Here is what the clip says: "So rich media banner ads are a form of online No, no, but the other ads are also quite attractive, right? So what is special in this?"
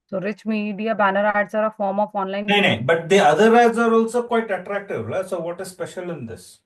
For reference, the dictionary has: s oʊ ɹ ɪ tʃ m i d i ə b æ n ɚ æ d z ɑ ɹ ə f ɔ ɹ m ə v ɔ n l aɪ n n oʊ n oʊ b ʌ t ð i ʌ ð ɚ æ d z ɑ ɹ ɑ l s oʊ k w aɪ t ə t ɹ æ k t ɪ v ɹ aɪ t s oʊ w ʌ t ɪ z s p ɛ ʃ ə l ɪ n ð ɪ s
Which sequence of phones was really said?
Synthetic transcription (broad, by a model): s oʊ ɹ ɪ tʃ m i d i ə b æ n ɚ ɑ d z ɑ ɹ ə f ɔ ɹ m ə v ɔ n l aɪ n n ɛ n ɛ b ʌ t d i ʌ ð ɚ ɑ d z ɑ ɹ ɑ l s oʊ k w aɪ t ə t ɹ æ k t ɪ v l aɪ s oʊ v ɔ t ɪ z s p ɛ ʃ ə l ɪ n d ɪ s